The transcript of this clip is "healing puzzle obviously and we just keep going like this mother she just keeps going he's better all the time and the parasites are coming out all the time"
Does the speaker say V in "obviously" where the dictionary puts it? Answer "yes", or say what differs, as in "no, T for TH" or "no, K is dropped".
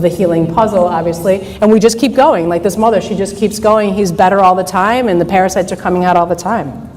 yes